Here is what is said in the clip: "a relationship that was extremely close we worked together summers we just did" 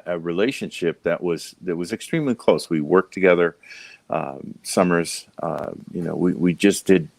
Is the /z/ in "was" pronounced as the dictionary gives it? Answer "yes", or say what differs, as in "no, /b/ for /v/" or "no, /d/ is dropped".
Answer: yes